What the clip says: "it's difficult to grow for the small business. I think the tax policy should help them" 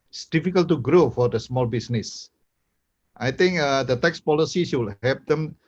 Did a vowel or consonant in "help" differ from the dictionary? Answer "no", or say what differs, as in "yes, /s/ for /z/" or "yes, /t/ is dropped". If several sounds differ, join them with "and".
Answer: yes, /l/ is dropped